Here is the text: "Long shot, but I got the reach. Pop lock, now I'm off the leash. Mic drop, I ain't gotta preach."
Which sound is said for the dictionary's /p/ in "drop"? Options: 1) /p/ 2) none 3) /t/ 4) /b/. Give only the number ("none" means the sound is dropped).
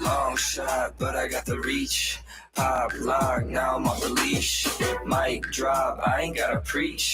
4